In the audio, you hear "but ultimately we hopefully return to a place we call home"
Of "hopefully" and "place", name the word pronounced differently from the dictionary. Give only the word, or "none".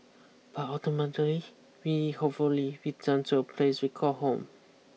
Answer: hopefully